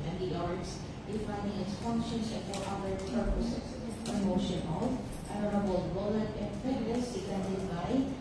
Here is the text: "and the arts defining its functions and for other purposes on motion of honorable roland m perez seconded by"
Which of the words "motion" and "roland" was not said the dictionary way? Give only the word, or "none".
roland